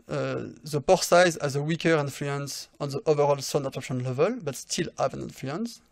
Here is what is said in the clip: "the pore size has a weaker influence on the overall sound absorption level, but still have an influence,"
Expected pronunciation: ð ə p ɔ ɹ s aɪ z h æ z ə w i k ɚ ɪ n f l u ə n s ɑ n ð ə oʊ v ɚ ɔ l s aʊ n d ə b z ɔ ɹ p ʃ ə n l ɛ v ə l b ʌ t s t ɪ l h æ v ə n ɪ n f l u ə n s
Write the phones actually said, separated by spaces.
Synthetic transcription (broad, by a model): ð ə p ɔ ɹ s aɪ z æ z ə w i k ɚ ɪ n f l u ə n s ɑ n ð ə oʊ v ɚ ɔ l s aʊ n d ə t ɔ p ʃ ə n l ɛ v ə l b ʌ t s t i l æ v ə n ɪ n f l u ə n s